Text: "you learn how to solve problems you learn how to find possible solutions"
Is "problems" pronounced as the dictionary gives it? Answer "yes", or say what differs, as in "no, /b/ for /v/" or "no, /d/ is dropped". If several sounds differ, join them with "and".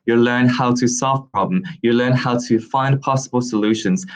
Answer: no, /z/ is dropped